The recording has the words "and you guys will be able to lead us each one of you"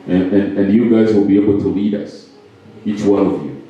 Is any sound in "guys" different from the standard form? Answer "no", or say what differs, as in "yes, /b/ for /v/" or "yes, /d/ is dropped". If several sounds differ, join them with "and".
no